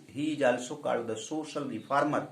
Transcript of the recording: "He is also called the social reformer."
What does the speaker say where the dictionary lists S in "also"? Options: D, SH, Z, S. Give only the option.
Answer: S